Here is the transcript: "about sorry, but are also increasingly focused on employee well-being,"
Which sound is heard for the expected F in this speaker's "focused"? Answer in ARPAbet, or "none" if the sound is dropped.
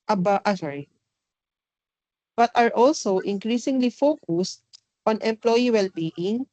F